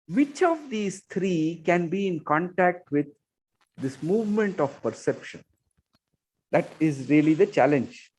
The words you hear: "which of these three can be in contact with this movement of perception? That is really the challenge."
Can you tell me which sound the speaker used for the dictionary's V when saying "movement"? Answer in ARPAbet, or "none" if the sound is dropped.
V